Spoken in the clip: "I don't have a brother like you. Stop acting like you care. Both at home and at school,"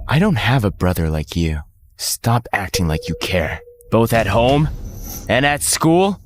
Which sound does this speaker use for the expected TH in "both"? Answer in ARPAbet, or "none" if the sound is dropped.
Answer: TH